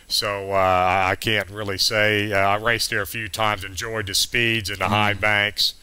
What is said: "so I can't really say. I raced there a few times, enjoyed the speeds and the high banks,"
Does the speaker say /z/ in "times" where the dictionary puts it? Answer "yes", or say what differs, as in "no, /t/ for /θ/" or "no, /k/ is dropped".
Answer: yes